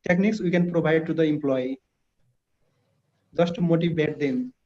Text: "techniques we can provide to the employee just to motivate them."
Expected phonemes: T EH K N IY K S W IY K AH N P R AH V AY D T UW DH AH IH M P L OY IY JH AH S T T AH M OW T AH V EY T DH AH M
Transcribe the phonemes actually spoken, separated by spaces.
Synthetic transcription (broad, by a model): T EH K N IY K S W IY K AH N P R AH B AY D T UW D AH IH M P L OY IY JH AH S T T M OW T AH B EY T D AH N